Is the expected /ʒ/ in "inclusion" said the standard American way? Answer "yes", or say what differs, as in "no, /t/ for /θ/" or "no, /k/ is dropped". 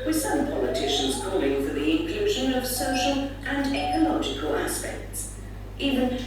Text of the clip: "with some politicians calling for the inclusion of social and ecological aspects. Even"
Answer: yes